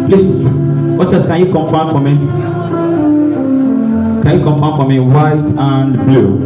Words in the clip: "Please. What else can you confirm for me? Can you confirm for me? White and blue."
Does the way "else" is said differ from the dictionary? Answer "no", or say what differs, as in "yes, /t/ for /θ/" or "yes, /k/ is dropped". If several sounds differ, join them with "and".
yes, /l/ is dropped